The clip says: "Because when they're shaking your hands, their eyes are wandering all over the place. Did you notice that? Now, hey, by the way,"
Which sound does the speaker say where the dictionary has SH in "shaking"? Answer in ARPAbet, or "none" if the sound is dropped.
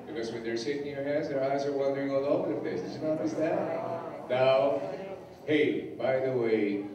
S